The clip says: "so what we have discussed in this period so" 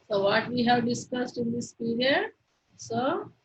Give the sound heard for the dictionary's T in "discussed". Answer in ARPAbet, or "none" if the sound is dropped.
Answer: T